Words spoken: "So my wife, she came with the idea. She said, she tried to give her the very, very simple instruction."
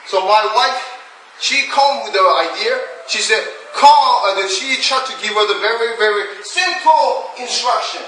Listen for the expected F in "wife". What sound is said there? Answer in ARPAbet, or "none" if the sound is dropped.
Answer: F